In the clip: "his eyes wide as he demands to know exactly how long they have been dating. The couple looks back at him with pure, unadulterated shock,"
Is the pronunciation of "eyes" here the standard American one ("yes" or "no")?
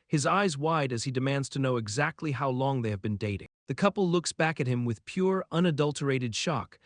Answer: yes